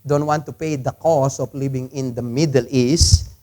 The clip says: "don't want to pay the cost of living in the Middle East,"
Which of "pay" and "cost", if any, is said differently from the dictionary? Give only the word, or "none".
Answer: cost